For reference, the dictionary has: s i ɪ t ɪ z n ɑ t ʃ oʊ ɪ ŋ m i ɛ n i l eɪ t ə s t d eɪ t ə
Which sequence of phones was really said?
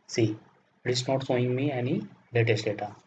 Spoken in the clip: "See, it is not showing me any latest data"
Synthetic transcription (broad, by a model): s i ɪ t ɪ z n ɑ t s oʊ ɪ ŋ m i ɛ n i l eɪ t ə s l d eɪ t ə